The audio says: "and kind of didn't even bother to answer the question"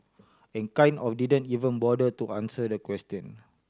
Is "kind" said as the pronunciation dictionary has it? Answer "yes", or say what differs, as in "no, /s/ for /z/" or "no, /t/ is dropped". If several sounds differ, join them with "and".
no, /d/ is dropped